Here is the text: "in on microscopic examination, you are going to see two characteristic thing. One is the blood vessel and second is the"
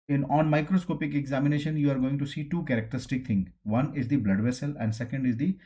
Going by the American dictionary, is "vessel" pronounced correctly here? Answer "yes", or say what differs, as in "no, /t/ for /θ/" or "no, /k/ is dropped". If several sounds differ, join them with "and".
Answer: yes